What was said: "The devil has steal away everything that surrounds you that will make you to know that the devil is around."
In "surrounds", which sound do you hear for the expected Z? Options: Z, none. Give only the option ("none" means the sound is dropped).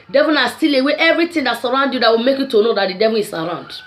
none